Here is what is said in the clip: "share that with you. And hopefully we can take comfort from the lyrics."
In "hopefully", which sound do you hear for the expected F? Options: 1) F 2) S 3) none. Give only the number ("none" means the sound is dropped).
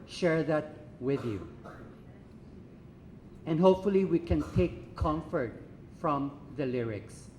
1